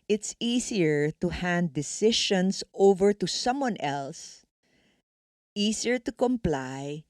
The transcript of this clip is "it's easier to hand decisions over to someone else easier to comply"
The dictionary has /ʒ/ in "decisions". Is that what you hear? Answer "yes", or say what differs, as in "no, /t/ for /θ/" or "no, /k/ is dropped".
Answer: no, /ʃ/ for /ʒ/